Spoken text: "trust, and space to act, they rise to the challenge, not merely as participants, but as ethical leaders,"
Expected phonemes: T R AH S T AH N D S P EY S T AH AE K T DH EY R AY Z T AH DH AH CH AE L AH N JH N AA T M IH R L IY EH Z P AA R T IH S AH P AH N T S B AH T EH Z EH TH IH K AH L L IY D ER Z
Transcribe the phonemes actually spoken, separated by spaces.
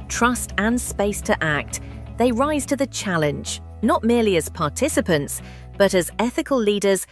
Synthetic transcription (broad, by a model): T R AH S T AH N S P EY S T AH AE K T DH EY R AY Z T AH DH AH CH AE L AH N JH N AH T M IH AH L IY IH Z P AA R T IH S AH P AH N T S B AH T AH Z EH TH IH K AH L L IY D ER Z